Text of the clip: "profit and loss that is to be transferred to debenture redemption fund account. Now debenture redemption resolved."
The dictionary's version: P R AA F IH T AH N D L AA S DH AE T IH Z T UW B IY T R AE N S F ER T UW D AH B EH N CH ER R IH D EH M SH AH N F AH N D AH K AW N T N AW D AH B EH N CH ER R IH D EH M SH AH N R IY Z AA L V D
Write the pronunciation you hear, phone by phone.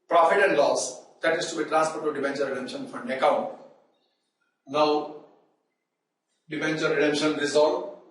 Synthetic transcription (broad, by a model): P R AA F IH T AH N D L AA S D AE T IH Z T UW B IY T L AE S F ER T UW D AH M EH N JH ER R IH D EH M SH AH N F AH N D AH K AW N T N AW D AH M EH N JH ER R IH D EH M SH AH N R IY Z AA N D